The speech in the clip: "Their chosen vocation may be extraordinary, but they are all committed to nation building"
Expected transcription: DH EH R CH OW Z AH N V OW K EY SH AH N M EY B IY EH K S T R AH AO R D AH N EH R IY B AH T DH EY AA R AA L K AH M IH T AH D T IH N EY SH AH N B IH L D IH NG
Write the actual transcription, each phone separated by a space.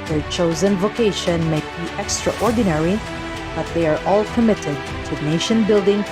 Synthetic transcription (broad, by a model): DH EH R CH OW Z AH N V OW K EY SH AH N M EY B IY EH K S T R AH AO R D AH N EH R IY B AH T DH EY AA R AA L K AH M IH T AH D T IH N EY SH AH N B IH L D IH NG